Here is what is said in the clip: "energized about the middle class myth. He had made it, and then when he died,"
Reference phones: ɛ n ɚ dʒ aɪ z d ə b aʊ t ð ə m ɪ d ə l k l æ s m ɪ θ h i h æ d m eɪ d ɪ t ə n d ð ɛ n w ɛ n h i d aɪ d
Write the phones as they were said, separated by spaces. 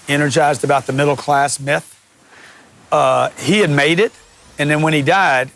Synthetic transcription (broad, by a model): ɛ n ɚ dʒ aɪ z d ə b aʊ t ð ə m ɪ d l k l æ s m ɪ θ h i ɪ d m eɪ d ɪ t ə n ð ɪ n w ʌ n i d aɪ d